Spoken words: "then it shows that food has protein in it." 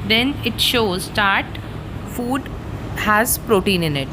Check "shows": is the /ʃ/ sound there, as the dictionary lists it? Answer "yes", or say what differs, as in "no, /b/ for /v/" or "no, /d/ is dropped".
yes